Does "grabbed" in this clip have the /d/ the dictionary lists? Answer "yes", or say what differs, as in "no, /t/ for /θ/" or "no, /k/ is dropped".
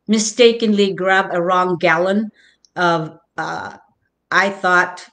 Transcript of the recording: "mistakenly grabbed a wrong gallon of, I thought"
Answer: no, /d/ is dropped